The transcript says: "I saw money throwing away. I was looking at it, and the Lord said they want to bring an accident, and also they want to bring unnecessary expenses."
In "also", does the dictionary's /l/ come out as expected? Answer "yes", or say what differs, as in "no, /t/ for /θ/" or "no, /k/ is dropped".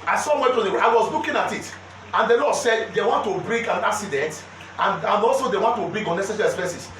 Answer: yes